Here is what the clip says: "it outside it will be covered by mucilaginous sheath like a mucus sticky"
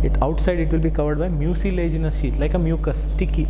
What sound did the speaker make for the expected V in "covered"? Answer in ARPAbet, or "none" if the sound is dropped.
V